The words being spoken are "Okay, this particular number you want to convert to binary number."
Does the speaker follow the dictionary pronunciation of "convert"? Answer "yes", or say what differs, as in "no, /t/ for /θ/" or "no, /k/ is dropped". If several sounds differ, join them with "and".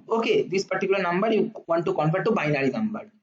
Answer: no, /f/ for /v/